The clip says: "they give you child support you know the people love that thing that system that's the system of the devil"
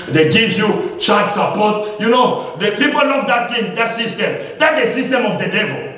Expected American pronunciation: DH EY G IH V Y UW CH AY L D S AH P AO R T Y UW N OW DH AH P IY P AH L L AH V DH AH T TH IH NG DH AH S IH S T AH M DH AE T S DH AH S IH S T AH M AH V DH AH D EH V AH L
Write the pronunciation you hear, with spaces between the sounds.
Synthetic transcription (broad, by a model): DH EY G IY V Y UW CH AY D S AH P AO T Y UW N OW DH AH P IY P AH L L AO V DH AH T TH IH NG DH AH S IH S T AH M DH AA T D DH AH S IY S T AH M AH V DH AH D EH V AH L